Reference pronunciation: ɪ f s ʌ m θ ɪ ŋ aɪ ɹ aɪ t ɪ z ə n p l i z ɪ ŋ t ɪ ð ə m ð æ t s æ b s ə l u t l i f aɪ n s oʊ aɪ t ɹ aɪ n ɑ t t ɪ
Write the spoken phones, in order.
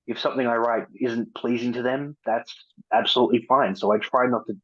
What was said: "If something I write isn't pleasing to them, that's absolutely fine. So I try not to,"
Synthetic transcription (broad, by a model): ɪ f s ʌ m θ ɪ ŋ aɪ ɹ aɪ t ɪ z n p l i z ɪ ŋ t ɪ ð ə m ð æ t s æ b s ə l u t l i f aɪ n s oʊ aɪ t ɹ aɪ n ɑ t t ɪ